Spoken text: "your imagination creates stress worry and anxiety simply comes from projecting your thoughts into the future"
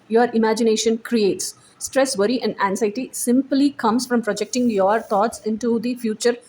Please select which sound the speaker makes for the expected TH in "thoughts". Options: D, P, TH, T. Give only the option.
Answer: T